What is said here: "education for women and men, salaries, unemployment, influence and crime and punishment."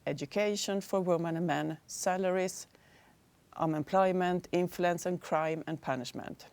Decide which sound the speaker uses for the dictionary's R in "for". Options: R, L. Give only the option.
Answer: R